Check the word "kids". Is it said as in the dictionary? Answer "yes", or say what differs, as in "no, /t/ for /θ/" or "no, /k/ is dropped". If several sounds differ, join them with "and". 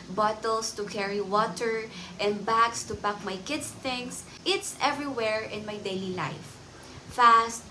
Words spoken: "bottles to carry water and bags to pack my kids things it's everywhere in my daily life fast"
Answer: no, /s/ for /z/